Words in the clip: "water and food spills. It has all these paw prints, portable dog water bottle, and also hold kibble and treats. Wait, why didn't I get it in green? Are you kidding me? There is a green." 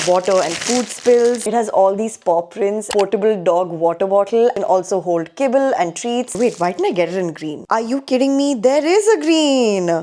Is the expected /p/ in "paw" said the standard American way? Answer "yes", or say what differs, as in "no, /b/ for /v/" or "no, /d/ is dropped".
yes